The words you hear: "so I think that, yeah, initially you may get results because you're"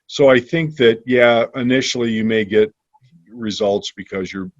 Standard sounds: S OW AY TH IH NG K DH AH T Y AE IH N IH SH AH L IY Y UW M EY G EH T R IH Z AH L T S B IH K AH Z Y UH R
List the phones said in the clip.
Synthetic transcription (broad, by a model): S OW AY TH IH NG K DH AH T Y AE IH N IH SH L IY Y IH M EY G EH T R IH Z AH L T S B IH K AH Z Y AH R